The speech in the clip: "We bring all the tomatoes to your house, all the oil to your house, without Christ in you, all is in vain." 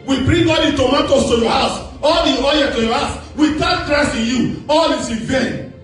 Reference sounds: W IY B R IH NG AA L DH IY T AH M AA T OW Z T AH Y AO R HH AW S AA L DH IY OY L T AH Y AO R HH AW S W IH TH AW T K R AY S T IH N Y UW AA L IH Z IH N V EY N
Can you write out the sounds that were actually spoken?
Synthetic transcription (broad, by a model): W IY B R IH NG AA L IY T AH M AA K OW S T AH Y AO HH AW S AA L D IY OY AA T AH Y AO HH AW S W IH T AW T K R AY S IH N Y UW AA L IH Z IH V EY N